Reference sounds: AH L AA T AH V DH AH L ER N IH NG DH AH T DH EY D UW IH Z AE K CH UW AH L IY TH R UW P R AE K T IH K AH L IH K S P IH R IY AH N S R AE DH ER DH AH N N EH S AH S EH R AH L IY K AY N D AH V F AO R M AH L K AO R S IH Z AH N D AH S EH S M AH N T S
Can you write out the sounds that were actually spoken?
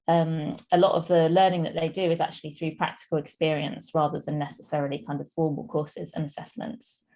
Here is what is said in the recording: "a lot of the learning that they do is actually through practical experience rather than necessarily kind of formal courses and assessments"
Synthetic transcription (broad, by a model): AH L AA T AH V DH AH L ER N IH NG DH AH T DH EY D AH IH Z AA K CH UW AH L IY TH R UW P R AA K T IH K AH L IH K S P IH R IY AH N S R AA DH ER DH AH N N EH S AH S EH R AH L IY K AY N D AH V F AO M AH L K AO S IH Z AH N AH S EH S M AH N T S